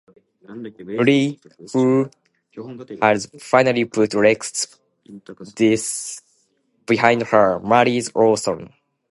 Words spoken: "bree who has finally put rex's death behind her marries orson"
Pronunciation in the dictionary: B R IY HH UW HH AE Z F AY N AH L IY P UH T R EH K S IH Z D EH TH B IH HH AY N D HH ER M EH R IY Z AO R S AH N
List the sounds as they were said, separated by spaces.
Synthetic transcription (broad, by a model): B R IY HH UW HH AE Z F AY N AH L IY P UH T R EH K S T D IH S B IH HH AY N D HH ER M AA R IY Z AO L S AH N